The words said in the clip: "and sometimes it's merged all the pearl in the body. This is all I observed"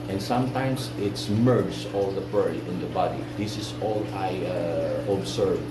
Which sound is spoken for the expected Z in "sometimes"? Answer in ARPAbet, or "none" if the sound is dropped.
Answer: S